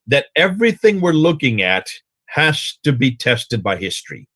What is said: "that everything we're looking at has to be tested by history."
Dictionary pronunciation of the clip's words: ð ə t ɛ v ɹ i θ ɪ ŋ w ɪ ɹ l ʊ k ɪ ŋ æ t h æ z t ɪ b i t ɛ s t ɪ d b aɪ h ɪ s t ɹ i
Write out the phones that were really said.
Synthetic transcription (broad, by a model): ð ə t ɛ v ɹ i θ ɪ ŋ w ɪ ɹ l ʊ k ɪ ŋ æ t h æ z t ɪ b i t ɛ s t ɪ d b aɪ h ɪ s t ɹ i